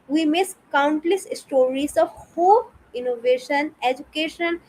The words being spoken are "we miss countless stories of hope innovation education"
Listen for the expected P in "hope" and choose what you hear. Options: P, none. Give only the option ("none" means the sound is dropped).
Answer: none